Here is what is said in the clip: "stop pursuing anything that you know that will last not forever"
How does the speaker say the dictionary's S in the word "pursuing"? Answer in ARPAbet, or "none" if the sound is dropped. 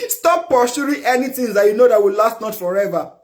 SH